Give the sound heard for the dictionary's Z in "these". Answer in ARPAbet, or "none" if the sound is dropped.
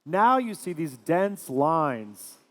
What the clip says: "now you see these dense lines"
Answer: Z